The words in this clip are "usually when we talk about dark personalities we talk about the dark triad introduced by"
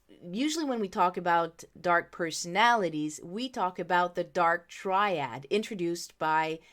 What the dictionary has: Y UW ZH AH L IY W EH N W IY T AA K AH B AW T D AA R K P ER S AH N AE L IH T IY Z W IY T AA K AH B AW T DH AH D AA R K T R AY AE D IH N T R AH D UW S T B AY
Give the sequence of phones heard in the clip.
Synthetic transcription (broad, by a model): Y UW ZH L IY W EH N W IY T AA K AH B AW T D AA R K P ER S AH N AE L IH T IY Z W IY T AA K AH B AW T DH AH D AA R K T R AY AE D IH N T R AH D UW S T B AY